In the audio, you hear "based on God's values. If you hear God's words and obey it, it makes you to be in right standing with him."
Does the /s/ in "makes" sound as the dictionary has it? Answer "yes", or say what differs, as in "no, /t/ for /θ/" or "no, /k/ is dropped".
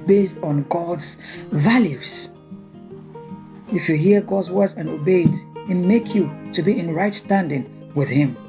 no, /s/ is dropped